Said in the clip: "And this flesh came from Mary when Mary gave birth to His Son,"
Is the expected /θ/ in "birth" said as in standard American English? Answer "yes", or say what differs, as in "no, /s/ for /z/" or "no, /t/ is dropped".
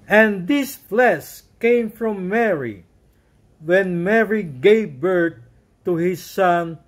no, /t/ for /θ/